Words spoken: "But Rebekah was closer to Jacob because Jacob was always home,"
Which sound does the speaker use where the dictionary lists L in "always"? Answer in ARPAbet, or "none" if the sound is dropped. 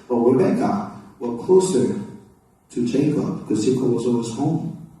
none